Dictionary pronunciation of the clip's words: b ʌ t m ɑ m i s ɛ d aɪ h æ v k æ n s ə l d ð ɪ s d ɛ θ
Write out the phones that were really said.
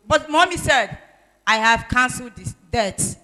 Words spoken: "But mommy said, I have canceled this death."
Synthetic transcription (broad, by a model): b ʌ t m ɑ m i s ɛ d aɪ h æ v k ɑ n s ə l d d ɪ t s